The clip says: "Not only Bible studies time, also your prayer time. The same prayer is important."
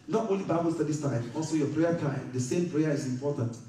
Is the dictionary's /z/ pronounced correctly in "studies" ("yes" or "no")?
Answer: no